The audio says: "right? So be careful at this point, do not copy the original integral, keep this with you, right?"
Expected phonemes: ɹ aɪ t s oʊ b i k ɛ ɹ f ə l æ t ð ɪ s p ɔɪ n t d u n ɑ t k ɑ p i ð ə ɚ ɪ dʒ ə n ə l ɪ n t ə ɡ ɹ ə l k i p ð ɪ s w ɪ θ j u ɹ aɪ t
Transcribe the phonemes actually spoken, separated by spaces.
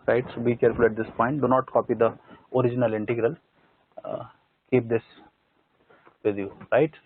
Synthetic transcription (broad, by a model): ɹ aɪ t s oʊ b i k ɛ ɹ f ə l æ t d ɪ s p ɔɪ n t d u n ɑ t k ɑ p i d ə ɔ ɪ dʒ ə n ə l ɪ n t ə ɡ ɹ ə l k i p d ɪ s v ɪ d j u ɹ aɪ t